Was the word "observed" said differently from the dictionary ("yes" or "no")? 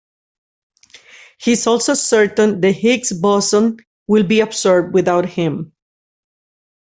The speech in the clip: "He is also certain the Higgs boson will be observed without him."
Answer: yes